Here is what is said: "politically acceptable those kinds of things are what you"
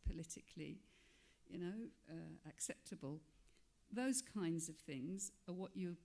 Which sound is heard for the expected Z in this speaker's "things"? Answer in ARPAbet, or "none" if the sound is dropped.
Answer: Z